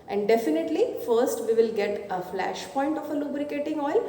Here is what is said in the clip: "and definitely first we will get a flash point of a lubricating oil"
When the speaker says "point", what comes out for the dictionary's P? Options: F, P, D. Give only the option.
P